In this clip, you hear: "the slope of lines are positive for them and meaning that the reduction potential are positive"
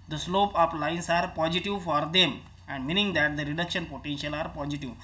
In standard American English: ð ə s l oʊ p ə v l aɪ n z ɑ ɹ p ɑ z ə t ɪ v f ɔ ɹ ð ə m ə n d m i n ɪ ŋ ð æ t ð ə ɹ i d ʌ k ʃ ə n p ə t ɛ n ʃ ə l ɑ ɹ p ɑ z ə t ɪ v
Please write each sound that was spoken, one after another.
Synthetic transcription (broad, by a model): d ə s l oʊ p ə p l aɪ n s ɑ ɹ p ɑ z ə t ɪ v f ɔ ɹ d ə m ə n d m i n ɪ ŋ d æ t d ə ɹ i d ʌ k ʃ ə n p ə t ɛ n ʃ ə l ɑ ɹ p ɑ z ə t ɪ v